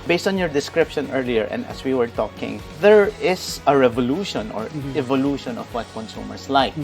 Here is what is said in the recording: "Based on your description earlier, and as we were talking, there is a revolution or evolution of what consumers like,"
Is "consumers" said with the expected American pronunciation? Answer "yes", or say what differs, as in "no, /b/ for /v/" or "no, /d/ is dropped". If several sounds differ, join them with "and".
no, /s/ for /z/